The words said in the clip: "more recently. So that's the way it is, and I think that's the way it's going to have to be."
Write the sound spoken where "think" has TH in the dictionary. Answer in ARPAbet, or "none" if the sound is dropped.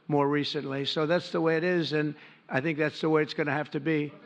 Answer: TH